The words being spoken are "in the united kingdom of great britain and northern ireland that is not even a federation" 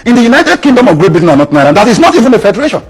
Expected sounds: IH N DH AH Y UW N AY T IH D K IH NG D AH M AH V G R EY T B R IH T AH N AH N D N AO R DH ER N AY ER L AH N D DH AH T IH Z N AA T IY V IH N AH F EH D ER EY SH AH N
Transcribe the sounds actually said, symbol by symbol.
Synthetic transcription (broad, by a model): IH N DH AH Y UW N AY T IH D K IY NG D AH M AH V G R EY T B IH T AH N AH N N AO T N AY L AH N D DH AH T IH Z N AA T IY V IH N AH F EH D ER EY SH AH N